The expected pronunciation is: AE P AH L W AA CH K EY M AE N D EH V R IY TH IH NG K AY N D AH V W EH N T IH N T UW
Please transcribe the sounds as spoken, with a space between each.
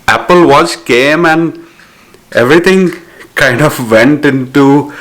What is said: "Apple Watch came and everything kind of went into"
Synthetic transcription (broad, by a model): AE P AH L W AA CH K EY M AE N D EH V R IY T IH NG K AY N D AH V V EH N T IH N T UW